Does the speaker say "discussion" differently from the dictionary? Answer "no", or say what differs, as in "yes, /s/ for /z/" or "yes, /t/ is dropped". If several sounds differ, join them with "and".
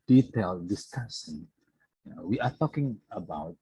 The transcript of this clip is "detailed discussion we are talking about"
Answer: yes, /s/ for /ʃ/